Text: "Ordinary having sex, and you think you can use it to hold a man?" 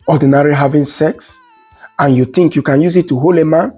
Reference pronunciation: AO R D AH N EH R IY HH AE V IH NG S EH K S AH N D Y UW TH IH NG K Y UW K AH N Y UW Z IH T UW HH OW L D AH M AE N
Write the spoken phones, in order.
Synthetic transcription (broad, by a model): AO D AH N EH R IY HH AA V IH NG S EH K S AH N Y UW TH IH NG K Y UW K AH N Y UW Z IH T UW HH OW L AH M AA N